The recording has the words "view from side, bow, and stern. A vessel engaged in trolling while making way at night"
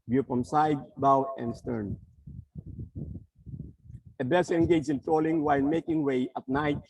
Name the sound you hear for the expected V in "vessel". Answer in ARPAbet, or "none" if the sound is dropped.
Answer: B